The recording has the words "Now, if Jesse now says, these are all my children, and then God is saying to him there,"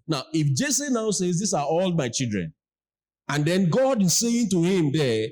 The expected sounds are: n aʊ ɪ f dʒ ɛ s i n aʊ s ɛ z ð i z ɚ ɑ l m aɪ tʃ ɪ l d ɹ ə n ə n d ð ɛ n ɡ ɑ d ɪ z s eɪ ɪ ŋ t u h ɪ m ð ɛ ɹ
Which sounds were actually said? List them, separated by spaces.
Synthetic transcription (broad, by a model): n aʊ ɪ f dʒ ɛ s i n aʊ s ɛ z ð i s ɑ ɑ l m aɪ tʃ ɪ l d ɹ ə n ə n d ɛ n ɡ ɑ d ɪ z s eɪ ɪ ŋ t u h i m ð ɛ